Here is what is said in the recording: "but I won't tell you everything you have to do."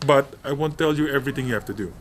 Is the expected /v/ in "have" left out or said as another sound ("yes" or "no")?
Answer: yes